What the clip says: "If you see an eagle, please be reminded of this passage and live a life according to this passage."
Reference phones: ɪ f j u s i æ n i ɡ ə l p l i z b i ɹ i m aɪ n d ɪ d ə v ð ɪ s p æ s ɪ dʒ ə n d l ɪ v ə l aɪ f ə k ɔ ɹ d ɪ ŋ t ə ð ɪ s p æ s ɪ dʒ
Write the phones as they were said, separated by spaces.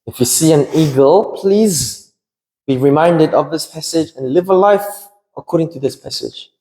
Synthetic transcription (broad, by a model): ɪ f j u s i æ n i ɡ ə l p l i z b i ɹ i m aɪ n d ɪ d ə v ð ɪ s p æ s ɪ dʒ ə n l ɪ v ə l aɪ f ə k ɔ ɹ d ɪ ŋ t ə ð ɪ s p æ s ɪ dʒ